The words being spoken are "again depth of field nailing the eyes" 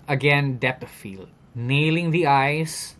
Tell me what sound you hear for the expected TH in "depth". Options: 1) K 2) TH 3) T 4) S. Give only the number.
3